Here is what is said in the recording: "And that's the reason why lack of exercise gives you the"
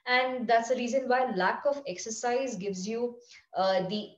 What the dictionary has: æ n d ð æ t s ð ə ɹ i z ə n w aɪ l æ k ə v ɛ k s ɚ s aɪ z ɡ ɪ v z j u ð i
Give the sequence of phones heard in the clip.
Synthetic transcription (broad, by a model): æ n d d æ t s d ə ɹ i z ə n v aɪ l æ k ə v ɛ k s ɚ s aɪ z ɡ ɪ v z j u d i